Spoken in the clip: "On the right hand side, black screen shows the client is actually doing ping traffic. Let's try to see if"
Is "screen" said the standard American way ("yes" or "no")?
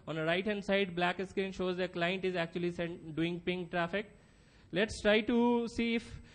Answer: no